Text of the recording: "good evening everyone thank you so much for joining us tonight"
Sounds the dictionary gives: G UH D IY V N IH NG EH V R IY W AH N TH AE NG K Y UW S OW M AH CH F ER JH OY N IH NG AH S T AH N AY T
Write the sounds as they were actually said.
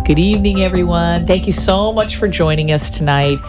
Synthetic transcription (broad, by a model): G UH D IY V N IH NG EH V R IY W AH N TH AE NG K Y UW S OW M AH CH F ER JH OY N IH NG AH S T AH N AY T